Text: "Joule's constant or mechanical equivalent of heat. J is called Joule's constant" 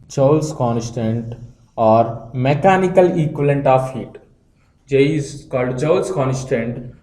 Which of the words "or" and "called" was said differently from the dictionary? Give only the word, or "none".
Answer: none